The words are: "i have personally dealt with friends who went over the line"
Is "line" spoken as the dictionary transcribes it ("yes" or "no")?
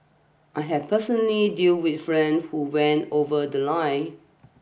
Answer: no